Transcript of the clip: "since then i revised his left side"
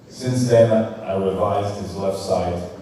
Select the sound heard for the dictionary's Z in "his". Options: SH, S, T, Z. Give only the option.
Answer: Z